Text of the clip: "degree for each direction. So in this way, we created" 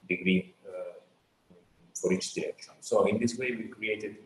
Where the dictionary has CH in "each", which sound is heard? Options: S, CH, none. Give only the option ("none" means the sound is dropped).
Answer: S